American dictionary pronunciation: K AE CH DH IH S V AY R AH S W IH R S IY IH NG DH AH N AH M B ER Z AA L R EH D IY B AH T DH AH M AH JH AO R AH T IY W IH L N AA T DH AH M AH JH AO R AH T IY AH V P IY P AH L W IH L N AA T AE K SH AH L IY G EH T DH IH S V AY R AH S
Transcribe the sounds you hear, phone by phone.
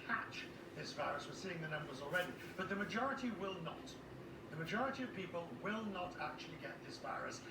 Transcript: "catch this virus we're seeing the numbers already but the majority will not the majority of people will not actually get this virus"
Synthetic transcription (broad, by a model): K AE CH DH IH S V AY R AH S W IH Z S IY IH NG DH AH N AH M B ER Z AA L R EH D IY B AH T DH AH M AH JH AO R AH T IY W IH L N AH T DH AH M AH JH AO R AH T IY AH V P IY P AH L W IH L N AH T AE K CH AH L IY G EH T DH IH S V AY R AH S